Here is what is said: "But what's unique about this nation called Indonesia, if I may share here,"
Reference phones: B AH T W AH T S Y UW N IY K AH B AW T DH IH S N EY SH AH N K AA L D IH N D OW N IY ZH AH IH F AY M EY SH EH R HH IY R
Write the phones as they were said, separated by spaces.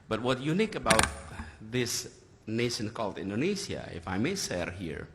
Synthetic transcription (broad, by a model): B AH T W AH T Y UW N IY K AH B AW T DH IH S N EY SH AH N K AA L D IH N D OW N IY S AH IH F AY M EY S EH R HH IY R